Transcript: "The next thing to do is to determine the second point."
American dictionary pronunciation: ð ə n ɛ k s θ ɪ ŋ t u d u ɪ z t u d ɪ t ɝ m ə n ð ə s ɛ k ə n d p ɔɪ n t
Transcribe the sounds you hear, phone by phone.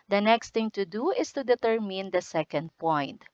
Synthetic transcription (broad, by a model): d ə n ɛ k s t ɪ ŋ t u d u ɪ s t u d ɪ t ɝ m ə n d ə s ɛ k ə n d p ɔɪ n t